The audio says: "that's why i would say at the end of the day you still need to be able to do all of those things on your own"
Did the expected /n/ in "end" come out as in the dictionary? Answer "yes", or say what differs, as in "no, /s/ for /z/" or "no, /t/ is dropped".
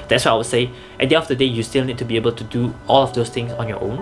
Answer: no, /n/ is dropped